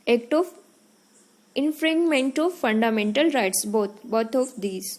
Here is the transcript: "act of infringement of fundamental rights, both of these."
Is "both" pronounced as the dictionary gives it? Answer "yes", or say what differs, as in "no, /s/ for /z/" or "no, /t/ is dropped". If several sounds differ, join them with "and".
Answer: no, /t/ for /θ/